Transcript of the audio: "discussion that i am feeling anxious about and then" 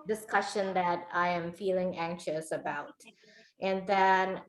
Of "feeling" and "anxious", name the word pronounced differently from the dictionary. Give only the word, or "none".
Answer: none